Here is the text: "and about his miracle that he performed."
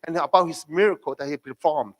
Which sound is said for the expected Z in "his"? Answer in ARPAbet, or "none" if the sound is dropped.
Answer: S